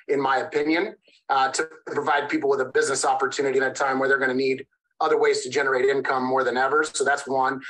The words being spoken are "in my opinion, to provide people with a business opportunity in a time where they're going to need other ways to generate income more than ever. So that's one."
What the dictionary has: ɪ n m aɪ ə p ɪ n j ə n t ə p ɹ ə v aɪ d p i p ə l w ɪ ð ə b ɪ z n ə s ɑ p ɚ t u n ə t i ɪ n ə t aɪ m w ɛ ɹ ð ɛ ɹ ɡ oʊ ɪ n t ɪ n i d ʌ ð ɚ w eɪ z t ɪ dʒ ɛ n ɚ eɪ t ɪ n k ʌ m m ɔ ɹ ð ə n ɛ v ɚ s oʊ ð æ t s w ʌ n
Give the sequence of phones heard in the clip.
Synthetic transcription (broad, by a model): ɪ n m aɪ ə p ɪ n j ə n t ə p ɹ ə v aɪ d p i p l w ɪ ð ə b ɪ z n ə s ɑ p ɚ t u n ə t i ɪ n ə t aɪ m w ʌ ɹ ð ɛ ɹ ɡ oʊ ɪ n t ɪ n i d ʌ ð ɚ w eɪ z t ɪ dʒ ɛ n ɚ eɪ t ɪ n k ʌ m m ɔ ɹ ð ə n ɛ v ɚ s oʊ ð æ t s w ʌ n